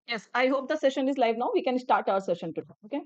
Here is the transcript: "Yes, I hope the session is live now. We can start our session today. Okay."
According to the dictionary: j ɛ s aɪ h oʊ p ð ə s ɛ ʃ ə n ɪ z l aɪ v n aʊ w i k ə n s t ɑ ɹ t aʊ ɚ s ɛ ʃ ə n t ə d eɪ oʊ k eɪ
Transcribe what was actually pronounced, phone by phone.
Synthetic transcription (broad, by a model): j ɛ s aɪ h oʊ p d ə s ɛ ʃ ə n ɪ z l aɪ v n aʊ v i k ə n s t ɑ ɹ t aʊ ɚ s ɛ ʃ ə n t ə d eɪ oʊ k eɪ